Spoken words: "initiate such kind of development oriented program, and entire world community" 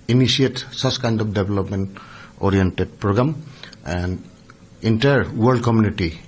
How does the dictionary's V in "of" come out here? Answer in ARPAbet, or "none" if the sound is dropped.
P